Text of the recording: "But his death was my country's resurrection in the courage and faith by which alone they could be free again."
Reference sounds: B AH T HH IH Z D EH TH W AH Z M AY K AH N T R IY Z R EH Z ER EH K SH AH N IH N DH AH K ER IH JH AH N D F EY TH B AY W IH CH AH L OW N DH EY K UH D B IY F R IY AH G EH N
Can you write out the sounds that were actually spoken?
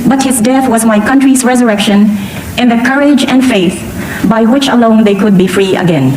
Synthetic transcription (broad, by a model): B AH T HH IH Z D EH TH W AH Z M AY K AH N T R IY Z R EH Z ER EH K SH AH N IH N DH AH K ER IH JH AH N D F EY TH B AY W IH CH AH L OW N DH EY K UH D B IY F R IY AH G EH N